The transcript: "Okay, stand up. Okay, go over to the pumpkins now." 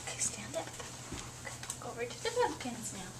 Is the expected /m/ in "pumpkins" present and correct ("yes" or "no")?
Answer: no